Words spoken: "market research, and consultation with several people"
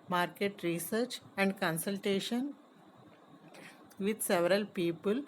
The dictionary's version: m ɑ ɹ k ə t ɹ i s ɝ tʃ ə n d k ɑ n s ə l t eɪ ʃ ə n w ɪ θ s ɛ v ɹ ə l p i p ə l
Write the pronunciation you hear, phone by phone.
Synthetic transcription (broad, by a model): m ɑ ɹ k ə t ɹ i s ɝ tʃ ə n d k ɑ n s ə l t eɪ ʃ ə n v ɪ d s ɛ v ɹ ə l p i p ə l